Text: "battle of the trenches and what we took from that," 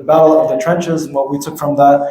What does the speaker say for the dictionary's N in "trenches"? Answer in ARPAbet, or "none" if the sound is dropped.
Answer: N